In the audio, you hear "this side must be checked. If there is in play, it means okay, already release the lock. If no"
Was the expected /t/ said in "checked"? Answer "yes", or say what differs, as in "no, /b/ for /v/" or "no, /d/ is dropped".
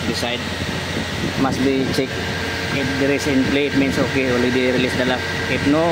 no, /t/ is dropped